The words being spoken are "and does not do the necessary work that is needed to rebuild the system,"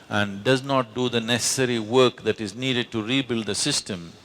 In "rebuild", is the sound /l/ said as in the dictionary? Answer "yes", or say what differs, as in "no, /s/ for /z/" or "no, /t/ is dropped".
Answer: yes